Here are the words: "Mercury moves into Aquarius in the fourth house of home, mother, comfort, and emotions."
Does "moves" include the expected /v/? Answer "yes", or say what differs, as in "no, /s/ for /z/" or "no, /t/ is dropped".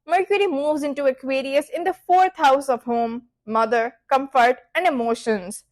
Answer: yes